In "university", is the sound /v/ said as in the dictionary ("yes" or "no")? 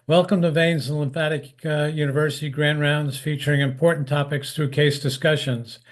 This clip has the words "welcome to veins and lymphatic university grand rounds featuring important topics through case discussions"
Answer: yes